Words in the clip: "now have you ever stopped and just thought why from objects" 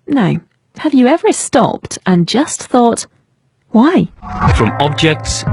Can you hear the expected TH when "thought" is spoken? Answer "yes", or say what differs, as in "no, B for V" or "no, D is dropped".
yes